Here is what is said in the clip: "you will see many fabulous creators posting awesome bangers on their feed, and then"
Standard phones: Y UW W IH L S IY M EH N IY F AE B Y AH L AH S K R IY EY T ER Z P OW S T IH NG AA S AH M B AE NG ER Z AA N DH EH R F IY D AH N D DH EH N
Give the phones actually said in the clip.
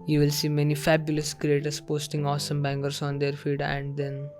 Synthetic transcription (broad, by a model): Y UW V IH L S IY M EH N IY F AE B Y AH L AH S K R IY EY T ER S P OW S T IH NG AA S AH M B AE NG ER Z AA N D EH R F IY D AH N D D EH N